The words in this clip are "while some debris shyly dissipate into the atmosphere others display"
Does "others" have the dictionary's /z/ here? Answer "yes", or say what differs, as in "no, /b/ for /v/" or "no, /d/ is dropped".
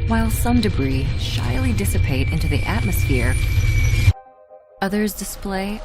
yes